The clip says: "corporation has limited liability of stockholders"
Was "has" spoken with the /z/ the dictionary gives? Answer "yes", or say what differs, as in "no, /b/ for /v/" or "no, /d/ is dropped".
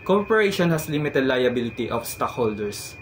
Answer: no, /s/ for /z/